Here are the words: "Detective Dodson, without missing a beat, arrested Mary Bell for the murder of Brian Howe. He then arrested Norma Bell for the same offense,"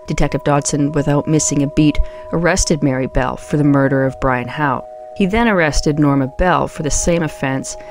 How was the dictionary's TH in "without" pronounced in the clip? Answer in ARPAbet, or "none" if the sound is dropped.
TH